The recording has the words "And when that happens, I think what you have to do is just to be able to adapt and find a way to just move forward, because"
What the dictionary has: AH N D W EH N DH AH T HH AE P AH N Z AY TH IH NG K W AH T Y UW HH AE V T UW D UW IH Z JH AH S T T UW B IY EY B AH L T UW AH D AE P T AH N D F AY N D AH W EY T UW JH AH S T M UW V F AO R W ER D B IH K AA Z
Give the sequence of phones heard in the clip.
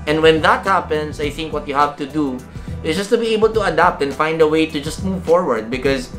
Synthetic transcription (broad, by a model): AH N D W EH N DH AH T HH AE P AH N S AY TH IH NG K W AH T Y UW HH AE V T UW D UW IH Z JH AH S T T UW B IY EY B AH L T UW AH D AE P T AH N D F AY N D AH W EY T UW JH AH S T M UW V F AO R W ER D B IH K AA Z